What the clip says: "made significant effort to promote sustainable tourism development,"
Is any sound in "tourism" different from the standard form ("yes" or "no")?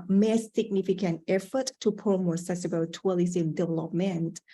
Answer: yes